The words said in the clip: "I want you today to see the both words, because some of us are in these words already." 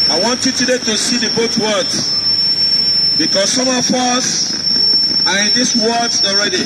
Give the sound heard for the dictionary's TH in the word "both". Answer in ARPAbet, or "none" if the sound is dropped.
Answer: T